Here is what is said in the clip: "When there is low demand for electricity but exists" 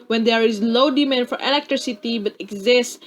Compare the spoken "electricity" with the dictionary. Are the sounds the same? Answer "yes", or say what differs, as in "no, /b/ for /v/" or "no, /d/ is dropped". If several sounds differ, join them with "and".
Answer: yes